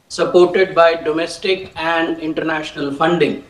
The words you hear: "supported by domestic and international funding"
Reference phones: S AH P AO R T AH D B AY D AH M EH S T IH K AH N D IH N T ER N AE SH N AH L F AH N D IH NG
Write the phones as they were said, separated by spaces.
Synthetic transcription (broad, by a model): S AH P AO R T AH D B AY D AH M EH S T IH K AH N D IH N T ER N AE SH N AH L F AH N D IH NG